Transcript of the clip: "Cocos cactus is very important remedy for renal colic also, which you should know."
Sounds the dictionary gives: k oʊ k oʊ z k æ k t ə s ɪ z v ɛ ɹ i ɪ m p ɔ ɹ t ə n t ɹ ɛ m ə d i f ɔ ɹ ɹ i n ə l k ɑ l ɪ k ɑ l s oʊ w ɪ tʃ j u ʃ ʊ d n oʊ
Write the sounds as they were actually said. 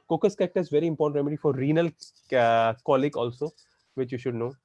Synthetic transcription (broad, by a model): k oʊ k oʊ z k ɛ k t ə ɪ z v ɛ ɹ i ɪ m p ɔ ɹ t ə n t ɹ ɛ m ə d i f ɔ ɹ ɹ i n ə l k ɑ l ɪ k ɑ l s oʊ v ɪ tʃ j u ʃ ʊ d n oʊ